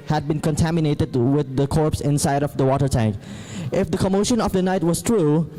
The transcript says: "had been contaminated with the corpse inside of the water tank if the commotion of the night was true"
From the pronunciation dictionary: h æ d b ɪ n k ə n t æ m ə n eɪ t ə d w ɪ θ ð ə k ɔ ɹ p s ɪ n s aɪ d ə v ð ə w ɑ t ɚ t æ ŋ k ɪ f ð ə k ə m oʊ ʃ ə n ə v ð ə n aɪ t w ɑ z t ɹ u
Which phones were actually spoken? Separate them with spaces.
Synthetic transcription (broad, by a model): h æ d b ɪ n k ə n t æ m ə n eɪ t ə d w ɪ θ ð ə k ɔ ɹ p s ɪ n s aɪ d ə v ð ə w ɑ t ɚ t æ ŋ k ɪ f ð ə k ə m oʊ ʃ ə n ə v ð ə n aɪ t w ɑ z t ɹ u